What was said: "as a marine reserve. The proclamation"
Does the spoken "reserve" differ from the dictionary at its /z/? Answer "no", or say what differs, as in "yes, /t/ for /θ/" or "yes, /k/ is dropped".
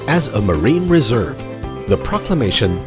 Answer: no